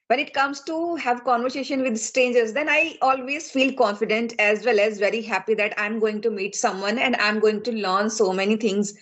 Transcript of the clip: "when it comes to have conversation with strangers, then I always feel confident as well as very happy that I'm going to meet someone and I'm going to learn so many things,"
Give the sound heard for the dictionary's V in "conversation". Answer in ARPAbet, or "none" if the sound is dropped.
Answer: V